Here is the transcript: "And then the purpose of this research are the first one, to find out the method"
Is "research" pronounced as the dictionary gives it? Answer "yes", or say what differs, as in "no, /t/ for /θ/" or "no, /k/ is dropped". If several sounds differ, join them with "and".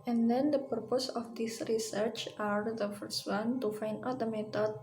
yes